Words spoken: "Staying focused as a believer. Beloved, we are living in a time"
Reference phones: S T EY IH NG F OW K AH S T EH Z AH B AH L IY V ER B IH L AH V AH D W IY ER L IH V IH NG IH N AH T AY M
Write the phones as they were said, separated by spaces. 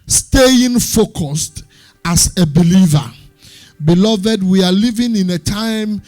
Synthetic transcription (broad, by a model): S T EY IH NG F OW K AH S T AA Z AH B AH L IY V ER B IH L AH V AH D W IY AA L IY V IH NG IH N AH T AY M